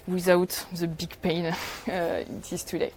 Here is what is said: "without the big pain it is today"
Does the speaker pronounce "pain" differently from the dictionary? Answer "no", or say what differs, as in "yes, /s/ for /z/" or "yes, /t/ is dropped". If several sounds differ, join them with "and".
no